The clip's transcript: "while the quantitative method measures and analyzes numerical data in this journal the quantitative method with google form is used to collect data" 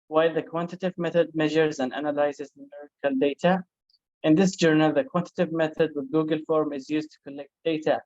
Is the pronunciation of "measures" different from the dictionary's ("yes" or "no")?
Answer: no